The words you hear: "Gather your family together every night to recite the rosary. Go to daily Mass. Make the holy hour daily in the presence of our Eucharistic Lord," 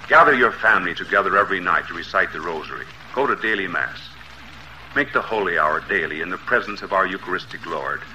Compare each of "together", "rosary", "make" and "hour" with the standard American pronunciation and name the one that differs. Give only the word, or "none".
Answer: none